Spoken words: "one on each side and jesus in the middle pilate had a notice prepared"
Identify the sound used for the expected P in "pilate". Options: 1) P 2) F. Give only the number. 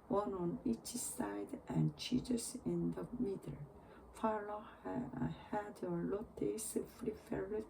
2